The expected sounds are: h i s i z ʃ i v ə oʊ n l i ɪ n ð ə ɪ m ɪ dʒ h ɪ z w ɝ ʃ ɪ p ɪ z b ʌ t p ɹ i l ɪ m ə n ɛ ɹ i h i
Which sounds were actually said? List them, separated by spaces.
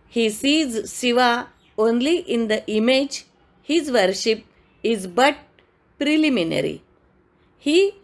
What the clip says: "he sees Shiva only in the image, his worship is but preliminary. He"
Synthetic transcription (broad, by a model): h i s i z s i v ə oʊ n l i ɪ n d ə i m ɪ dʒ h ɪ z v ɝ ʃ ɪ p ɪ z b ʌ t p ɹ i l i m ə n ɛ ɹ i h i